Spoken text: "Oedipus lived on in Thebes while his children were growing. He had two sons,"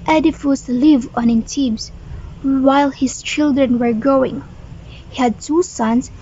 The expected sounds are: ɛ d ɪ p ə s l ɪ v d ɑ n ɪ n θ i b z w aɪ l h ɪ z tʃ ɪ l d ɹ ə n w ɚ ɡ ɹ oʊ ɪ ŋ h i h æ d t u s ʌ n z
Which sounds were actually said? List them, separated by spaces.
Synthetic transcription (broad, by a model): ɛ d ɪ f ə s l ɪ v ɑ n ɪ n t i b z w aɪ l h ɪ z tʃ ɪ l d ɹ ə n w ɚ ɡ oʊ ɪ ŋ h i h æ d t u s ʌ n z